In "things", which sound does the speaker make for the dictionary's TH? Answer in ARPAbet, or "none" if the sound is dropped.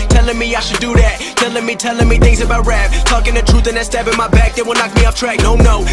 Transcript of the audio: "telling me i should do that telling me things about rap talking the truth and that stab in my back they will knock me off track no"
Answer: TH